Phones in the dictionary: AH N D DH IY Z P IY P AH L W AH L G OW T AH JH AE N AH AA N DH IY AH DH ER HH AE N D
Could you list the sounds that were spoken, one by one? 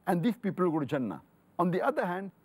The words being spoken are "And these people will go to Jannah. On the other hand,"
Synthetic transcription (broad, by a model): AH N D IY S P IY P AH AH L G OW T JH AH N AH AA N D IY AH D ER HH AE N D